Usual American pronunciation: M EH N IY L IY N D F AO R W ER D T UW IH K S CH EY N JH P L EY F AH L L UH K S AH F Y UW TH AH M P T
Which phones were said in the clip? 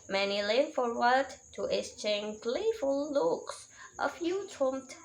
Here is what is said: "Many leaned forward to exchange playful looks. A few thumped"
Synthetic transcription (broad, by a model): M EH N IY L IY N F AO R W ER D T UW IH S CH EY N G L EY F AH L L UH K S AH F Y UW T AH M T